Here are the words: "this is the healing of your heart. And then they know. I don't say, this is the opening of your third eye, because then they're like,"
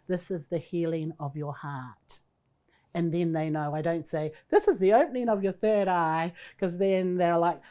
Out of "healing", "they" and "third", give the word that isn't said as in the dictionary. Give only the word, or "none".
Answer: none